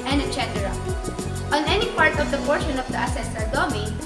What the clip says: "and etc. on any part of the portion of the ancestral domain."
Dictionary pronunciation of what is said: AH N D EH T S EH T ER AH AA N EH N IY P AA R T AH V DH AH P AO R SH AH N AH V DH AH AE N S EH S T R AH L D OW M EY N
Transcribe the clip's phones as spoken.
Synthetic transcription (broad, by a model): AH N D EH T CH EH T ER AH AA N EH N IY P AA R T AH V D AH P AO R SH AH N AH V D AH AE S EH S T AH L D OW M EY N